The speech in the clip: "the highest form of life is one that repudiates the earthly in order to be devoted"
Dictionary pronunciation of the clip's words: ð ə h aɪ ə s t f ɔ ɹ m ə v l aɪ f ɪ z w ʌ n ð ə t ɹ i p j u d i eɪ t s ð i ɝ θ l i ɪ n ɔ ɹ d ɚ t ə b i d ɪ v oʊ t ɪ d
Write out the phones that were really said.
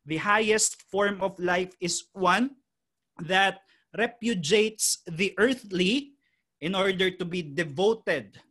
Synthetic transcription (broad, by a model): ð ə h aɪ ə s t f ɔ ɹ m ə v l aɪ f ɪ s w ʌ n ð ə t ɹ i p j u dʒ eɪ t s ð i ɝ θ l i ɪ n ɔ ɹ d ɚ t ə b i d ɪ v oʊ t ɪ d